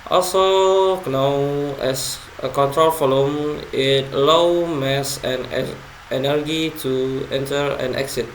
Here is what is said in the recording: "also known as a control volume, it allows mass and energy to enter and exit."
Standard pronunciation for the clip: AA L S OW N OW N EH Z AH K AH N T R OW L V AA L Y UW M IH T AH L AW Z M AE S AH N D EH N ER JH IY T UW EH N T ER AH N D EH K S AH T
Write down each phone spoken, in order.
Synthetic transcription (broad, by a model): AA L S OW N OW EH S AH K AH N T R OW L F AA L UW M IH T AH L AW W M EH S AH N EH N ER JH IY T UW EH N T ER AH N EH K S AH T